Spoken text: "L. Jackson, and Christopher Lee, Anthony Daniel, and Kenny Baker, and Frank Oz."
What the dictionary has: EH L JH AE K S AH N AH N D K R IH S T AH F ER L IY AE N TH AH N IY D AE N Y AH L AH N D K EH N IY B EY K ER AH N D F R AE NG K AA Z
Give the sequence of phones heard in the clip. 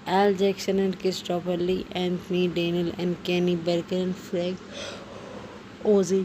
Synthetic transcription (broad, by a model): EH L JH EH K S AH N AH N D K IH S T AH P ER L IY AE N T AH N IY D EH N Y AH L AH N D K EH N IY B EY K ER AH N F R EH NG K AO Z